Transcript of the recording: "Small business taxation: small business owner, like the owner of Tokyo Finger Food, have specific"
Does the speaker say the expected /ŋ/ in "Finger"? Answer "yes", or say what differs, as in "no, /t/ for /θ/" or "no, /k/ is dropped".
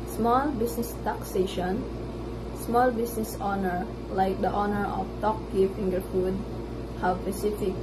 yes